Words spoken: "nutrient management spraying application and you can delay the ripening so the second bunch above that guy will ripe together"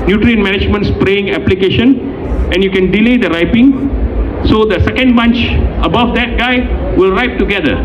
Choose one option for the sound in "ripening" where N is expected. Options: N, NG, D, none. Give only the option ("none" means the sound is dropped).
none